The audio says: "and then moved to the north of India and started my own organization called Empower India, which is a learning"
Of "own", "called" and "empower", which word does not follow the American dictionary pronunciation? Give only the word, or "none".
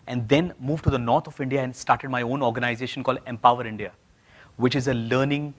none